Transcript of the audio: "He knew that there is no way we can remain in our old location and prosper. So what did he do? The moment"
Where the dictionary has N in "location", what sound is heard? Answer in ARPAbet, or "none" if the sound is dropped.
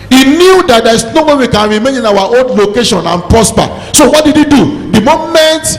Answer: N